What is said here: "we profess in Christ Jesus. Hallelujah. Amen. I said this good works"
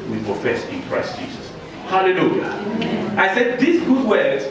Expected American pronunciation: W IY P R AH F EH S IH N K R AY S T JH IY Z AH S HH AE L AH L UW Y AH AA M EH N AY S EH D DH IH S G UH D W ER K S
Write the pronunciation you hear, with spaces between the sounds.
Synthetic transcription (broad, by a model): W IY P R AH F EH S IH N K R AY S T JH IY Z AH S HH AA L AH L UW Y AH AA IH S EH D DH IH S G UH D W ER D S